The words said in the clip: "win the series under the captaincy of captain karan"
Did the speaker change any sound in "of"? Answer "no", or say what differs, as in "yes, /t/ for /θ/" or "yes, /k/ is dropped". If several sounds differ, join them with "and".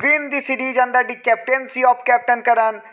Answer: yes, /p/ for /v/